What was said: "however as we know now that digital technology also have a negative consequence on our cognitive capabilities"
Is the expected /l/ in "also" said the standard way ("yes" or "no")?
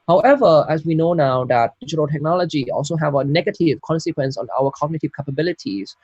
yes